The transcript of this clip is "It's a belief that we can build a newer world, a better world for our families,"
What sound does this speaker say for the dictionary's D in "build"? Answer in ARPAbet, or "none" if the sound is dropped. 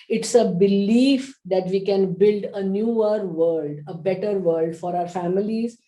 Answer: D